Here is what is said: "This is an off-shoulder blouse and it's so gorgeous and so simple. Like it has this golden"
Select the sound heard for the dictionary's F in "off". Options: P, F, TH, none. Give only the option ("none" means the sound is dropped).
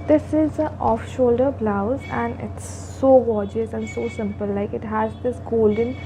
F